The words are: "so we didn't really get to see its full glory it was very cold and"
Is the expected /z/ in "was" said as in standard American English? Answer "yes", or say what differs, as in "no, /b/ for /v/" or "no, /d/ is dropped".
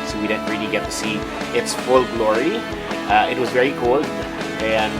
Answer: yes